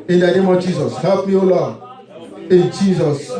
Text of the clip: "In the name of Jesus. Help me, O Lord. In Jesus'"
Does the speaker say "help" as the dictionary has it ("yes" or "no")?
no